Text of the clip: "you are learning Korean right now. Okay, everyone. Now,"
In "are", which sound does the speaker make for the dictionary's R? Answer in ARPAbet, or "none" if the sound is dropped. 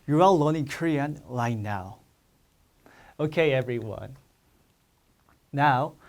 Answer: L